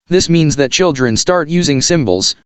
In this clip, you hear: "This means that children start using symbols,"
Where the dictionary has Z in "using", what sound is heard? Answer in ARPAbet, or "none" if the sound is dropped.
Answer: Z